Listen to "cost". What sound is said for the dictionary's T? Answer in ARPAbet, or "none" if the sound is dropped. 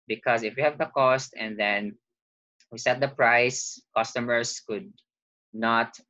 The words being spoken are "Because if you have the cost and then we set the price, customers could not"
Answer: T